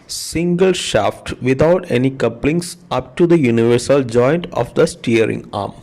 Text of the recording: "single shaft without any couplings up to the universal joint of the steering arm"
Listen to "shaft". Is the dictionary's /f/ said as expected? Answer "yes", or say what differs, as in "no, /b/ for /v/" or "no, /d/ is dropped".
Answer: yes